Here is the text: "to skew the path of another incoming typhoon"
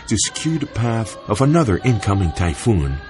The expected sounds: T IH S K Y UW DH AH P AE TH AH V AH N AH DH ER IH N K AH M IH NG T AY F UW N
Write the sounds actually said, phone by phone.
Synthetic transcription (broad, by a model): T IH S K Y UW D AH P AE TH AH V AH N AH DH ER IH N K AH M IH NG T AY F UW N